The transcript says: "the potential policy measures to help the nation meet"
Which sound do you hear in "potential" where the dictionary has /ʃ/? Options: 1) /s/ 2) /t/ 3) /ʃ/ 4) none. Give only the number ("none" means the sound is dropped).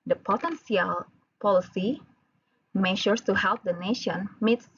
1